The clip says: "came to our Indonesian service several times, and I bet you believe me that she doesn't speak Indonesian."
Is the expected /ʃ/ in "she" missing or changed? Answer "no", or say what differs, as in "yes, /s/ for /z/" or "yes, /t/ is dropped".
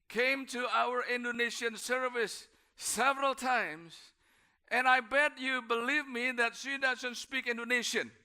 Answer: yes, /s/ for /ʃ/